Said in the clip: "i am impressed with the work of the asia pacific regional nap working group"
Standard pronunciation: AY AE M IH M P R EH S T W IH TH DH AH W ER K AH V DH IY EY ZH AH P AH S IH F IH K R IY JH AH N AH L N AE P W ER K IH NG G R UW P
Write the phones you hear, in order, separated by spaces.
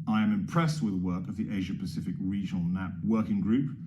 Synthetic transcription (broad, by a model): AY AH M IH M P R EH S T W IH DH AH W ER K AH V DH IY EY ZH AH P AH S IH F IH K R IY JH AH N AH L N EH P W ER K IH NG G R UW P